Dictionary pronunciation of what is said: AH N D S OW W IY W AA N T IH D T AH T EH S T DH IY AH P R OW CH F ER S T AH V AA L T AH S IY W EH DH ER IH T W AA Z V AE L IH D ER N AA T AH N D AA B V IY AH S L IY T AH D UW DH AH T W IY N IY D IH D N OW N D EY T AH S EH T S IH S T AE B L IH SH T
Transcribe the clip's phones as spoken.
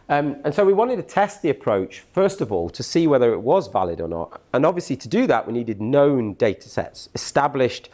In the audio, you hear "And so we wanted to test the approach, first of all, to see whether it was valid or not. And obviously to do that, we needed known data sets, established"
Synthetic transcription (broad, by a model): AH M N S OW W IY W AA N T IH D T AH T EH S T DH IY AH P R OW CH F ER S T AH V AA L T AH S IY W EH DH ER IH T W AA Z V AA L IH D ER N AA T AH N AA B V IY AH S L IY T AH D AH DH AH T W IY N IY D IH D N OW N D EY T AH S EH T S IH S T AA B L IH SH T